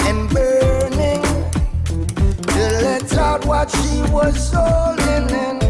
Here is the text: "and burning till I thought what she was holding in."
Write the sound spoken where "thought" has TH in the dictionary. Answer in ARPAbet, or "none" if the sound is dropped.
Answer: S